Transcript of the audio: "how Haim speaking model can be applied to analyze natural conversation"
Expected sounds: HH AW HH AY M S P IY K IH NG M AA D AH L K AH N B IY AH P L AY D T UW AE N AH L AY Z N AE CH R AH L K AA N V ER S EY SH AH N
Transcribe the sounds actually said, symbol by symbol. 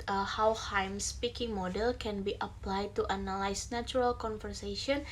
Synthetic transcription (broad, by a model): HH AW HH AY M S P IY K IH NG M AA D AH L K AH N B IY AH P L AY D T UW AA N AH L AY S N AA CH R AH L K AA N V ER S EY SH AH N